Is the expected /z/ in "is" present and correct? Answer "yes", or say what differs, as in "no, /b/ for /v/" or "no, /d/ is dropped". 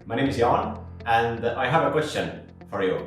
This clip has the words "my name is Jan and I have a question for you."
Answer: yes